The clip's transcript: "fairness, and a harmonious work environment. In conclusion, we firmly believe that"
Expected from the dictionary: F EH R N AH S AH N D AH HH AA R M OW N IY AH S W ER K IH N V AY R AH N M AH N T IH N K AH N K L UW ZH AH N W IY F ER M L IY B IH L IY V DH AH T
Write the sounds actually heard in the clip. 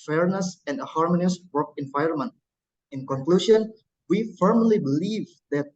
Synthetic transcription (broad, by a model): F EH R N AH S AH N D AH HH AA R M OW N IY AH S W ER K IH N V AY R AH N M AH N T IH N K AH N K L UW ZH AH N W IY F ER M L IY B IH L IY V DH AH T